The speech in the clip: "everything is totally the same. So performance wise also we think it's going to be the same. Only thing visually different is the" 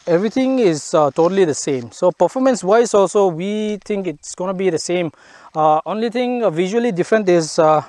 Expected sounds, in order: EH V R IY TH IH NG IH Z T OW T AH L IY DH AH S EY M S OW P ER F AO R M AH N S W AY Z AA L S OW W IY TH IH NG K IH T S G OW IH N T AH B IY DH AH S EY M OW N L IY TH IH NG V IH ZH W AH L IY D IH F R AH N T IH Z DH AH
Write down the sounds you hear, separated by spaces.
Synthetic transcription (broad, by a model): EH V R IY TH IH NG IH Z T OW T AH L IY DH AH S EY M S OW P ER F AO M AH N S W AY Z AA L S OW W IY T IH NG K IH T S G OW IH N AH B IY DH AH S EY M OW N L IY T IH NG V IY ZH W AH L IY D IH F R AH N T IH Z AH